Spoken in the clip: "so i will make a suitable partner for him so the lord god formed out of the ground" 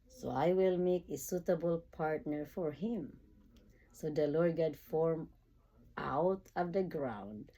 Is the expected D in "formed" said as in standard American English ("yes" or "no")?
no